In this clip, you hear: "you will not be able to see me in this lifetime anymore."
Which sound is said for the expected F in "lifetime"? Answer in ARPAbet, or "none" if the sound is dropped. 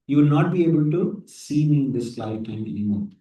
none